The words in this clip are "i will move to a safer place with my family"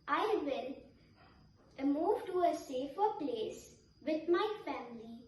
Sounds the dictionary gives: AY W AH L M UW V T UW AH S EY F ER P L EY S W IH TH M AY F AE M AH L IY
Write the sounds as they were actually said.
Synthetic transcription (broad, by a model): AY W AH N M UW V T UW AH S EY F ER P L EY S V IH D M AY F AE M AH L IY